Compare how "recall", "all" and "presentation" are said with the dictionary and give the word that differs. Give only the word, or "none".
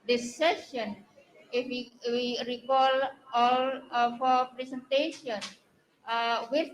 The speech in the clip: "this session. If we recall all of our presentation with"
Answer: presentation